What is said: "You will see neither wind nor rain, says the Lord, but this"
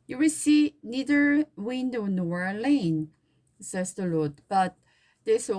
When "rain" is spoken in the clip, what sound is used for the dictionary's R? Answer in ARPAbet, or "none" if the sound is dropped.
L